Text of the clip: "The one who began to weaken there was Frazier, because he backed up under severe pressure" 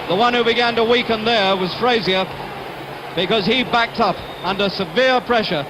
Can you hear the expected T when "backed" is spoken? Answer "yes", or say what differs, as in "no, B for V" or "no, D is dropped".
yes